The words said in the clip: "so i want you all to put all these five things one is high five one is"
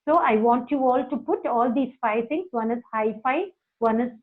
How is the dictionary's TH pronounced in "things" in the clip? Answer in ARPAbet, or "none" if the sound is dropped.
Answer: T